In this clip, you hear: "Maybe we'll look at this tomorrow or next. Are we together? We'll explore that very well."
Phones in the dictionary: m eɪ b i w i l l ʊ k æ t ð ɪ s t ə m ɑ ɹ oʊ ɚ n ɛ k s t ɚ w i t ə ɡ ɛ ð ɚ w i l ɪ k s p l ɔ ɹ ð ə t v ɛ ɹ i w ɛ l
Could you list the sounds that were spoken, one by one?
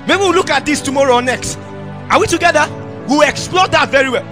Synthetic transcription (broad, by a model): m eɪ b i w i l l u k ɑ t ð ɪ s t ə m ɑ ɹ oʊ n ɛ k s t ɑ w i t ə ɡ ɛ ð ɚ w i l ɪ k s p l ɔ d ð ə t v ɛ ɹ i w ɛ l